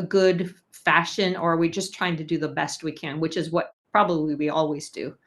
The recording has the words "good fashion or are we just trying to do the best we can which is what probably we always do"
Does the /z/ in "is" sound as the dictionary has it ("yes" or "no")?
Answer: yes